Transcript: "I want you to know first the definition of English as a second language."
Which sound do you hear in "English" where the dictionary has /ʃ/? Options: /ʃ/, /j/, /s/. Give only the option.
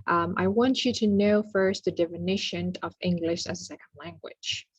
/ʃ/